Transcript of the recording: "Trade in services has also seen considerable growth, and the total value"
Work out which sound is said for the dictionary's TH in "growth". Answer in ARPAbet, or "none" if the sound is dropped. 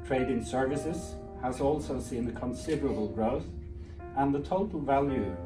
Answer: TH